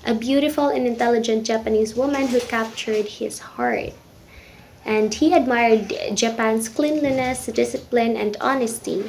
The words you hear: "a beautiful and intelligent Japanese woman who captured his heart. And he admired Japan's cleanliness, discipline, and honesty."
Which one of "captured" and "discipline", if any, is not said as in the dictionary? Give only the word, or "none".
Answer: none